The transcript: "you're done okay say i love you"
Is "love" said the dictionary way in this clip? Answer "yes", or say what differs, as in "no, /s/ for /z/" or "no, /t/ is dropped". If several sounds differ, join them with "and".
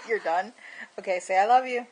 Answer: yes